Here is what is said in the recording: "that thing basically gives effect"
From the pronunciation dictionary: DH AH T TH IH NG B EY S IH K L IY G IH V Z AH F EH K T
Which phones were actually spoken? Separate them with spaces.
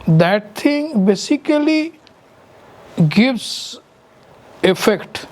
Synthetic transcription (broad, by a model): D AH T T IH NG B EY S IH K L IY G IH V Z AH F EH K T